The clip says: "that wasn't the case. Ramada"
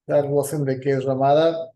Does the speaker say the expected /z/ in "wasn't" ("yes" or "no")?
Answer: no